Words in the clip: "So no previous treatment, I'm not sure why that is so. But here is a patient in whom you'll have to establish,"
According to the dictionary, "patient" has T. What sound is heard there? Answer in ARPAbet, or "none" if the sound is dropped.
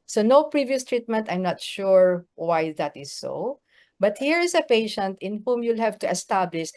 T